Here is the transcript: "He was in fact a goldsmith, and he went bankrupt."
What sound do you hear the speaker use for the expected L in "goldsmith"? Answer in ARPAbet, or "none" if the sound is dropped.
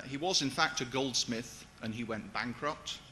L